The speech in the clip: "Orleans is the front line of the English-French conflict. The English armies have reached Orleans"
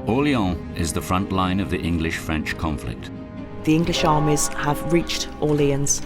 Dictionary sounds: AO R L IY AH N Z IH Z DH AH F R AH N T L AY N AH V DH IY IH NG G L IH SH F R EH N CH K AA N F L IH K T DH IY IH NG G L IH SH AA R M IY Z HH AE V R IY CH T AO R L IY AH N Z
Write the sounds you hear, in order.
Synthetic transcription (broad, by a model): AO L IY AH IH Z DH AH F R AH N T L AY N AH V DH IY IH NG G L IH SH F R EH N CH K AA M F L IH K T DH IY IH NG G L IH SH AA M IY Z HH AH V R IY CH T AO L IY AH N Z